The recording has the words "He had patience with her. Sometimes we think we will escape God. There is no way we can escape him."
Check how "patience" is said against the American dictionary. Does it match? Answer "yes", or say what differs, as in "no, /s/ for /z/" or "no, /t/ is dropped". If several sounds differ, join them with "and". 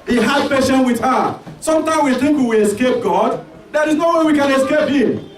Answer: no, /s/ is dropped